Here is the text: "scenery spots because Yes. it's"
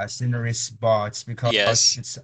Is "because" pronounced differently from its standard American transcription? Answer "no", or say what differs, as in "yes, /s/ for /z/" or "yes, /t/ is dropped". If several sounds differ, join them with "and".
yes, /z/ is dropped